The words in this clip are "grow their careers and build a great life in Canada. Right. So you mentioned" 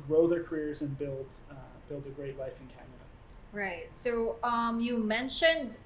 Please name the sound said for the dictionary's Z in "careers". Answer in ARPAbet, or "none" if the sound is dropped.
Z